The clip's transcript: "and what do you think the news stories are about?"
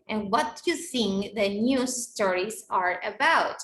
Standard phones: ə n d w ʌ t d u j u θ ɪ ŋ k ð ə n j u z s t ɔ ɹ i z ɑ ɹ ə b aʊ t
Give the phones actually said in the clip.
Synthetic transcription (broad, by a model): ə n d w ʌ t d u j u s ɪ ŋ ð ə n j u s t ɔ ɹ i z ɑ ɹ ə b aʊ t